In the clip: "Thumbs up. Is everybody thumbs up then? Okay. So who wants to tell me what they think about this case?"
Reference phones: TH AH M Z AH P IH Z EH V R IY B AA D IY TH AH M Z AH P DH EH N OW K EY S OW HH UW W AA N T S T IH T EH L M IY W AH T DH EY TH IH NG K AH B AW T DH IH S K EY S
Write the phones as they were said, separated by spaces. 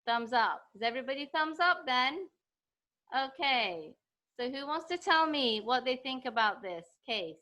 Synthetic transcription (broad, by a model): TH AH M Z AH P IH Z EH V R IY B AA D IY TH AH M Z AH P DH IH N OW K EY S OW HH UW W AA N T S T IH T EH L M IY W AH T DH EY TH IH NG K AH B AW T DH IH S K EY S